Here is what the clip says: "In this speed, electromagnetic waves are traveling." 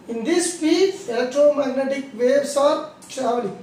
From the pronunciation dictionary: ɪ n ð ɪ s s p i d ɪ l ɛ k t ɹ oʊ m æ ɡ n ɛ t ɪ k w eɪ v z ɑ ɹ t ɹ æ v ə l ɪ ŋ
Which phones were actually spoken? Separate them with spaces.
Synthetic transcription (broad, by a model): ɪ n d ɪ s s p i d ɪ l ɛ k t ɹ oʊ m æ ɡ n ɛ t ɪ k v eɪ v s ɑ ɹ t ɹ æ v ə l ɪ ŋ